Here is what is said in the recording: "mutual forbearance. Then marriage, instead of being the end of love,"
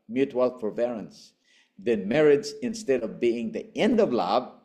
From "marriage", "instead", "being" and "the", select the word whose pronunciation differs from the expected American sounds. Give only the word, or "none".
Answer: marriage